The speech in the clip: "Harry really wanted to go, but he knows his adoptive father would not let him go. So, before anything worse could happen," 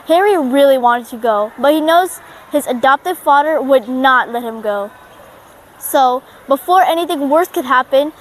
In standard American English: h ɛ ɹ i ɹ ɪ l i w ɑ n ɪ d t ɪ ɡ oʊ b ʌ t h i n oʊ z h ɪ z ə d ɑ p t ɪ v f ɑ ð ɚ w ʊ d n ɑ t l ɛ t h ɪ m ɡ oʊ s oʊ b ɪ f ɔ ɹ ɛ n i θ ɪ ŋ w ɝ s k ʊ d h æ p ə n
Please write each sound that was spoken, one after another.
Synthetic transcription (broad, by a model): h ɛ ɹ i ɹ ɪ l i w ɑ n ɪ d t ɪ ɡ oʊ b ʌ t h i n oʊ z h ɪ z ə d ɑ p t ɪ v f ɑ ð ɚ w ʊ d n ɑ t l ɛ t h ɪ m ɡ oʊ s oʊ b ɪ f ɔ ɹ ɛ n i θ ɪ ŋ w ɝ s k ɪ d h æ p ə n